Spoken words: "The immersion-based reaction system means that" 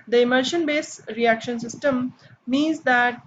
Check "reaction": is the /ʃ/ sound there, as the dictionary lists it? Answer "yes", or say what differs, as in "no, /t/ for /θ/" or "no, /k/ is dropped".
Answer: yes